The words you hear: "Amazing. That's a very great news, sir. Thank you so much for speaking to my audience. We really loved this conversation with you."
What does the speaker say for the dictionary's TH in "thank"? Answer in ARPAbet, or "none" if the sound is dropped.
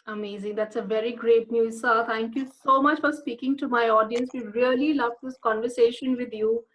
T